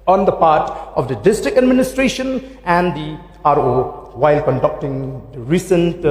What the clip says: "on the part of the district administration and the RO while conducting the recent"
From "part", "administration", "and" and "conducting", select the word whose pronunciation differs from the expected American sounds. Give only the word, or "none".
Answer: none